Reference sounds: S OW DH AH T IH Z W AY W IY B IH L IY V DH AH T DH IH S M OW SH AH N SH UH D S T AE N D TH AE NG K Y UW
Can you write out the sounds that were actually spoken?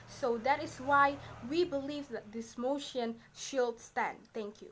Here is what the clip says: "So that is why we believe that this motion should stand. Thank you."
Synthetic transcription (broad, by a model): S OW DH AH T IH S W AY W IY B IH L IY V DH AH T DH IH S M OW SH AH N SH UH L S T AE N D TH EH NG K Y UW